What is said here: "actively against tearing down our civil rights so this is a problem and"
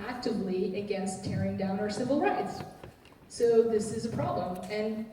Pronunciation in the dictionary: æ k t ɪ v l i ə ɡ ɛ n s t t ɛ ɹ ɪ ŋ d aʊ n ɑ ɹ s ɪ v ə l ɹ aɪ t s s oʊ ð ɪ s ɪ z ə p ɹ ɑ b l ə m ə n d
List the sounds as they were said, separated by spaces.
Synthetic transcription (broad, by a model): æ k t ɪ v l i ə ɡ ɛ n s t t ɛ ɹ ɪ ŋ d aʊ n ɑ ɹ s ɪ v l ɹ aɪ t s s oʊ ð ɪ s ɪ z ə p ɹ ɑ b l ə m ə n